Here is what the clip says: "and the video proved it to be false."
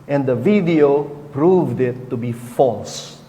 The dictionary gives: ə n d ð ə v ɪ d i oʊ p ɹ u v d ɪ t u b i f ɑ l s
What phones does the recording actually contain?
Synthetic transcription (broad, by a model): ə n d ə v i d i oʊ p ɹ u v d ɪ t u b i f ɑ l s